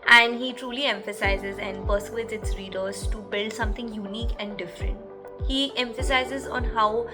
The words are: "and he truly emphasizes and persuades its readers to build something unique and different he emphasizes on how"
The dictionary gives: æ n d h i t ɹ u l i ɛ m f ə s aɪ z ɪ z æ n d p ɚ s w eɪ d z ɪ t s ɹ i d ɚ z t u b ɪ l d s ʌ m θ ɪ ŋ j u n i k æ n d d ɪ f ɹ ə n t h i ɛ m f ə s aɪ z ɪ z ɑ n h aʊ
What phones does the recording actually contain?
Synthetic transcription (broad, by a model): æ n d h i t ɹ u l i ɛ m f ə s aɪ z ɪ z æ n d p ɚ s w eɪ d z ɪ t s ɹ i d ɚ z t u b ɪ l d s ʌ m t ɪ ŋ j u n i k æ n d d ɪ f ɹ ə n t h i ɛ m f ə s aɪ z ɪ z ɑ n h aʊ